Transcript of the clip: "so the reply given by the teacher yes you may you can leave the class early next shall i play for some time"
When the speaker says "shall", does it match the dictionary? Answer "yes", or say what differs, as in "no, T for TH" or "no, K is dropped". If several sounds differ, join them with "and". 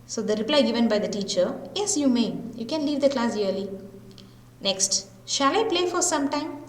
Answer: yes